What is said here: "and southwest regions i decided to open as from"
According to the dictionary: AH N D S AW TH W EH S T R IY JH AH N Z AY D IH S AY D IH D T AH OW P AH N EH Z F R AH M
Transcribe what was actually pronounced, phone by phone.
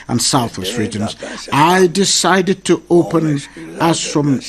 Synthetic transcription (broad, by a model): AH N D S AW TH W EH S T R IY JH AH N Z AY D IH S AY D IH D T AH OW P AH N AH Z F R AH M